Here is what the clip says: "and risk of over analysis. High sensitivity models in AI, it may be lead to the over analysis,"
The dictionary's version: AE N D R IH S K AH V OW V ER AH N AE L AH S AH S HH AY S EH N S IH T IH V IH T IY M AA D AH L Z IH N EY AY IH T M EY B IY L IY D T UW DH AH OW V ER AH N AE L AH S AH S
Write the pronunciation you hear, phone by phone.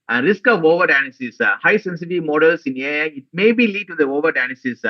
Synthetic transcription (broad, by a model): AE N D R IH S K AH V OW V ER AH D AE N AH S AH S HH AY S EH N S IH T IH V M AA D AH L S IH N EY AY IH T M EY B IY L IY D T UW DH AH OW V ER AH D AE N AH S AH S